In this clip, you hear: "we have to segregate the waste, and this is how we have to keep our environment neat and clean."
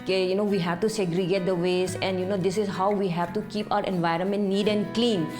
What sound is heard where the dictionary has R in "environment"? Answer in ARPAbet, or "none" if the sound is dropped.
R